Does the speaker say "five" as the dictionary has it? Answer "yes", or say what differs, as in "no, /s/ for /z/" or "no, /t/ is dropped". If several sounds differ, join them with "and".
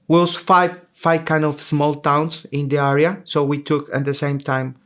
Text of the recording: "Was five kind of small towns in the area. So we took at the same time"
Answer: no, /f/ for /v/